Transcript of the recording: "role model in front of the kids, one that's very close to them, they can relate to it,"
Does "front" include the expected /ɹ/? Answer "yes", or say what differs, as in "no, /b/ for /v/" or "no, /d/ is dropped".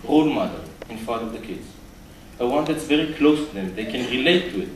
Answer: no, /ɹ/ is dropped